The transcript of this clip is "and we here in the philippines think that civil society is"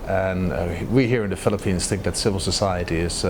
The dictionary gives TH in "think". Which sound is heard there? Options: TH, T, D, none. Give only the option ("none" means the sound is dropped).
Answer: TH